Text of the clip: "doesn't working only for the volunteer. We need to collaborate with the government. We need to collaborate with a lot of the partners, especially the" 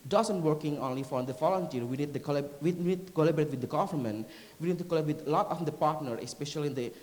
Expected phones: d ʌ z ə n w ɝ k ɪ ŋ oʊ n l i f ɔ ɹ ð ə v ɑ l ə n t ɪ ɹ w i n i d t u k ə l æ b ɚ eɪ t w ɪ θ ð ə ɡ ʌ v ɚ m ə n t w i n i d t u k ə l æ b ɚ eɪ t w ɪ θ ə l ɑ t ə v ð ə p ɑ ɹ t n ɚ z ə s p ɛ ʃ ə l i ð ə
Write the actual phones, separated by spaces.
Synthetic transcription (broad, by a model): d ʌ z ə n w ɝ k ɪ ŋ oʊ n l i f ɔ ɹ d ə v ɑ l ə n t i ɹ w i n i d t u k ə l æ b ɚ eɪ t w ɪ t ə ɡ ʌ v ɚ m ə n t w i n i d t u k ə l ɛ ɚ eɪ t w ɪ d ə l ɑ t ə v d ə p ɑ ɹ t n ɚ ə s p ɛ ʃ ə l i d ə